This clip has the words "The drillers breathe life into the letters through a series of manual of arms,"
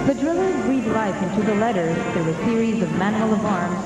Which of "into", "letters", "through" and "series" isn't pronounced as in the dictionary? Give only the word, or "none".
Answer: none